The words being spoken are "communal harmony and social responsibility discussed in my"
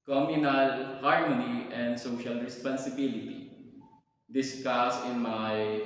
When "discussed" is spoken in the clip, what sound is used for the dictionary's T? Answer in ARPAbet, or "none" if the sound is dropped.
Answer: none